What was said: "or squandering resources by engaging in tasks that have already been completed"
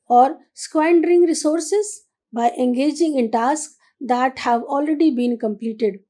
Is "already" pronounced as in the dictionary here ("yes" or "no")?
yes